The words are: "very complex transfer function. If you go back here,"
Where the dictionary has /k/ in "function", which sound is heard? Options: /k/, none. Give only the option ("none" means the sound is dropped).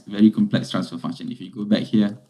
none